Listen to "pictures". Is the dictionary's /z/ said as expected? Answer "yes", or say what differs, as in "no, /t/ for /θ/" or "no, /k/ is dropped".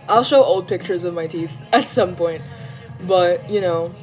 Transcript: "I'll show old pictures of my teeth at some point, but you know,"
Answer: yes